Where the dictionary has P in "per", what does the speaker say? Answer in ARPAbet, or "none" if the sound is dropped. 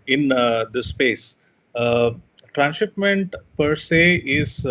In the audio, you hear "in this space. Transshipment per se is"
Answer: P